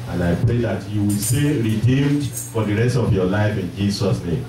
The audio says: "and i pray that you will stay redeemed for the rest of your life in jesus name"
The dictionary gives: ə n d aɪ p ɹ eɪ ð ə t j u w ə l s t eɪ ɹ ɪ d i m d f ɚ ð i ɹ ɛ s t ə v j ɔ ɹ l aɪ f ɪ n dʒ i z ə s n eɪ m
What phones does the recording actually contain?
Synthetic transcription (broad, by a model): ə n aɪ p ɹ eɪ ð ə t j u w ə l s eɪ ɹ ɪ d i m d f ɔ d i ɹ ɛ s t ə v j ɔ l aɪ f ɪ n dʒ i s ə s n eɪ m